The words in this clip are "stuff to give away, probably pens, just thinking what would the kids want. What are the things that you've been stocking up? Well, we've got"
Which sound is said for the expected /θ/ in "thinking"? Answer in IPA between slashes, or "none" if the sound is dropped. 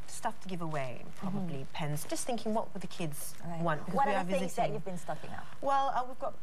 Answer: /θ/